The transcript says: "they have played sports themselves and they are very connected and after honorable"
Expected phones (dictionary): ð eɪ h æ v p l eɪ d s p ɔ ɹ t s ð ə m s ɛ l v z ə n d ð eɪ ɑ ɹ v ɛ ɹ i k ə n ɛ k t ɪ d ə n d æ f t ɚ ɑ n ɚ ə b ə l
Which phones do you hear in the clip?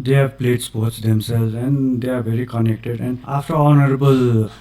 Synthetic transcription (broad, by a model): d eɪ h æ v p l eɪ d s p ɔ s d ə m s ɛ l z ə n d eɪ ɑ ɹ b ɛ ɹ i k ə n ɛ k t ɪ d ə n d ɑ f t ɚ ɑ n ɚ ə b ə l